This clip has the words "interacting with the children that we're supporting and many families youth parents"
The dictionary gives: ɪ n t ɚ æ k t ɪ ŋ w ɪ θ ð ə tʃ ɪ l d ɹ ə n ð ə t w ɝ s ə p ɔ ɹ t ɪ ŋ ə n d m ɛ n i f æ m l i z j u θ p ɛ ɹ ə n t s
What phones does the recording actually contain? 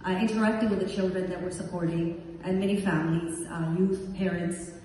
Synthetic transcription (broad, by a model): ɪ n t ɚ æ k t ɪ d w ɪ ð ə tʃ ɪ l d ɹ ə n ð ə t w ɝ s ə p ɔ ɹ t ɪ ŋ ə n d m ɛ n i f æ m l i z j u θ p ɛ ɹ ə n t s